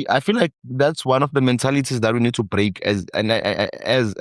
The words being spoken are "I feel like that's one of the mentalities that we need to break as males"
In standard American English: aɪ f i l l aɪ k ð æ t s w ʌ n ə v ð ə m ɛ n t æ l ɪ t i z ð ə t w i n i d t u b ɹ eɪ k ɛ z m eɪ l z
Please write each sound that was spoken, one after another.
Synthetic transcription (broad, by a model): aɪ f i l l aɪ k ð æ t s w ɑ n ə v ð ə m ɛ n t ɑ l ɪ t i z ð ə t w i n i d t u b ɹ eɪ k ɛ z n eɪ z